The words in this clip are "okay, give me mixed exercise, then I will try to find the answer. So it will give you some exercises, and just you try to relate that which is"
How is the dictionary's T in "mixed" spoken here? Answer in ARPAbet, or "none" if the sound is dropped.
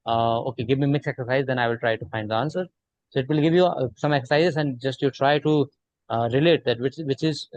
none